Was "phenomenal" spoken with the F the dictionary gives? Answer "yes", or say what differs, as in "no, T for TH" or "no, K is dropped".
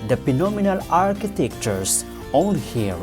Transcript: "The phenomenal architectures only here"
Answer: no, P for F